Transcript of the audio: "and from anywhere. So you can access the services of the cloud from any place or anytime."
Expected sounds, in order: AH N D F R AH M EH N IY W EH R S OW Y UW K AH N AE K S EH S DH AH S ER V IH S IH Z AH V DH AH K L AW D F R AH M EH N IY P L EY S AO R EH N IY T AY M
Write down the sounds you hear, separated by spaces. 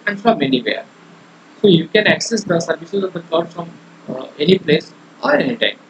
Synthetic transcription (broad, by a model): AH N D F R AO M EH N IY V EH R S OW Y UW K AH N AE K S EH S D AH S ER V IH SH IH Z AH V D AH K AW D F R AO M EH N IY P L EY S AO R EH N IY T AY M